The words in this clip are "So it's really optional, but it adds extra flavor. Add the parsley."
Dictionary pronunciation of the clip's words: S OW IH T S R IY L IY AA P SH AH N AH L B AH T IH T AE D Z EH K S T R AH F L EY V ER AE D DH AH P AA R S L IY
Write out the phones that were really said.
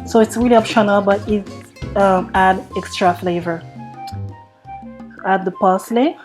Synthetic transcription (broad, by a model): S OW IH T S R IY L IY AA P SH AH N AH L B AH T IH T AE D EH K S T R AH F L EY V ER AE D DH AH P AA S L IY